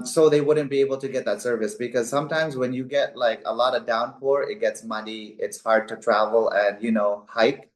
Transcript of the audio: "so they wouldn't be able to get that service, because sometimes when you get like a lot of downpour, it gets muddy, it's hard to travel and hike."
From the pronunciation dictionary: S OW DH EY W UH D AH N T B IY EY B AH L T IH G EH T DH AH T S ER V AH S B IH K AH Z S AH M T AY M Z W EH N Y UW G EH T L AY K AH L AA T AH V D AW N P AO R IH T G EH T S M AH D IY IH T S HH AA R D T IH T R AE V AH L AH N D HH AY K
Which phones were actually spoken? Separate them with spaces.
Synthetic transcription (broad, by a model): S OW DH EY W UH D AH N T B IY EY B AH L T IH G EH T DH AH T S ER V AH S B IH K AH Z S AH M T AY M Z W EH N Y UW G EH T L AY K AH L AA T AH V D AW N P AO R IH T G EH T S M AH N IY IH T S HH AA R D T IH T R AE V AH L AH N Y HH AY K